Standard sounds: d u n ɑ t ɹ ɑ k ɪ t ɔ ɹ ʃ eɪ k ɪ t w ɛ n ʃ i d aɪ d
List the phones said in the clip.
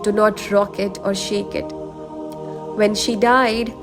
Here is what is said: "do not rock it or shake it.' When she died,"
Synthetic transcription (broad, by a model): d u n ɑ t ɹ ɑ k ɪ t ɔ ɹ ʃ eɪ k ɪ t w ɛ n ʃ i d aɪ d